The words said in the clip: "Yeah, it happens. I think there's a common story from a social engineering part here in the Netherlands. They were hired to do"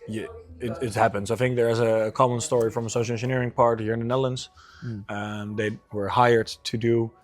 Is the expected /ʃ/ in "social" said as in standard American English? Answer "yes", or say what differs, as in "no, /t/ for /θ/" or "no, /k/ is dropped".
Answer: no, /ʃ/ is dropped